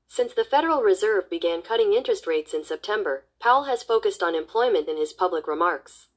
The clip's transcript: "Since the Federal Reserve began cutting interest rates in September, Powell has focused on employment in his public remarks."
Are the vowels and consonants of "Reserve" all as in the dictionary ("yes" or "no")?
yes